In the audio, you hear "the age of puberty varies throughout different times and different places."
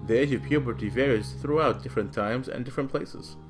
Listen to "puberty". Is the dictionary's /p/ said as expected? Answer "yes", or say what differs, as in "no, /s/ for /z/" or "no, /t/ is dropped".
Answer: yes